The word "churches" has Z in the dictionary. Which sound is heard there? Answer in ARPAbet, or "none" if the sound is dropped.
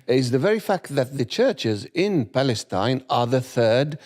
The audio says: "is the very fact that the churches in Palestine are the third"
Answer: Z